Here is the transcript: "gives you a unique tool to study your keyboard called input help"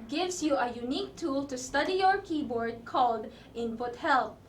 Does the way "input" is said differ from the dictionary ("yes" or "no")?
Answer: yes